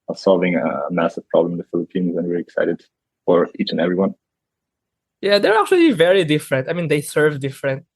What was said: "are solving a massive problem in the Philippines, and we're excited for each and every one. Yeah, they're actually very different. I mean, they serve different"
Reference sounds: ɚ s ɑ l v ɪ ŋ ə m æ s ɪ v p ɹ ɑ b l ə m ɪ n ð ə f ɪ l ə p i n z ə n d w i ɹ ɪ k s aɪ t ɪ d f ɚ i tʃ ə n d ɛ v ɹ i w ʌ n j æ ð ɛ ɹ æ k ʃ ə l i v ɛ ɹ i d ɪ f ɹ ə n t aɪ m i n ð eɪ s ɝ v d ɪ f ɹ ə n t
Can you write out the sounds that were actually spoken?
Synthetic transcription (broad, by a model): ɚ s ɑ l v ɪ ŋ ə m æ s ɪ v p ɹ ɑ b l ə m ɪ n ð ə f ɪ l ə p i n z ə n w i ɹ ɪ k s aɪ t ɪ d f ɚ i tʃ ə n ɛ v ɹ i w ʌ n j æ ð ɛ ɹ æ k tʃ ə l i v ɛ ɹ i d ɪ f ɹ ə n t aɪ m i n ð eɪ s ɝ v d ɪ f ɹ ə n t